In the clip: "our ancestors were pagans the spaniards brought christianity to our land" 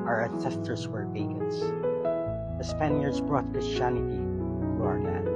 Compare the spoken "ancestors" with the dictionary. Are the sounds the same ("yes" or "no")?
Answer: no